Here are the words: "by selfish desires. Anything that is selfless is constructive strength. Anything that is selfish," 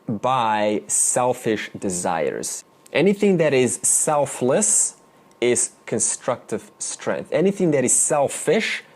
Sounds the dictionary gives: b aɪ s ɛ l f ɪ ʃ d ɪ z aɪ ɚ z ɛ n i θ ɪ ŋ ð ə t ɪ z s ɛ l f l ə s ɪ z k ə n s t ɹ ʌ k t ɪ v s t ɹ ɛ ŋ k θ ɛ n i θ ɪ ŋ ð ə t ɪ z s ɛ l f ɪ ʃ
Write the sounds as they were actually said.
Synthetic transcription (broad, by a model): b aɪ s ɛ l f ɪ ʃ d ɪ z aɪ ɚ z ɛ n i θ ɪ ŋ ð ə t ɪ z s ɛ l f l ə s ɪ z k ə n s t ɹ ʌ k t ɪ v s t ɹ ɛ ŋ k θ ɛ n i θ ɪ ŋ ð ə t ɪ z s ɛ l f ɪ ʃ